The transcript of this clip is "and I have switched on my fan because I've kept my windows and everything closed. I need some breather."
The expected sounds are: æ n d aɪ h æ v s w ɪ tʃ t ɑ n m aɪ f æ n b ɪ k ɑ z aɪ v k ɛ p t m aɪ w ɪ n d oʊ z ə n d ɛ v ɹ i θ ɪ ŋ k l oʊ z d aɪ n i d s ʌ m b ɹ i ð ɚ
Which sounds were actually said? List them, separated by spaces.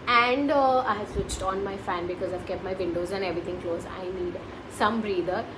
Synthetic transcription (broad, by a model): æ n d aɪ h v s w ɪ tʃ t ɑ n m aɪ f æ n b ɪ k ɑ z aɪ v k ɛ p t m aɪ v ɪ n d oʊ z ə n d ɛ v ɹ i t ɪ ŋ k l oʊ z aɪ n i d s ʌ m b ɹ i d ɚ